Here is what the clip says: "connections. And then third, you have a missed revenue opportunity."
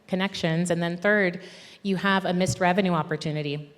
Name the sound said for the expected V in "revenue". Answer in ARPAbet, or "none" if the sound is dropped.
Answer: V